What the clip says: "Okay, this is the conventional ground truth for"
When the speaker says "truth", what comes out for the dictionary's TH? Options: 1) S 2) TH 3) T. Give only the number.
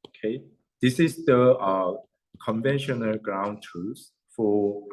1